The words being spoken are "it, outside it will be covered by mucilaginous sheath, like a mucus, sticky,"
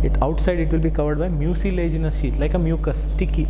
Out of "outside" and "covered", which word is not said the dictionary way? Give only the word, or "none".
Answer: none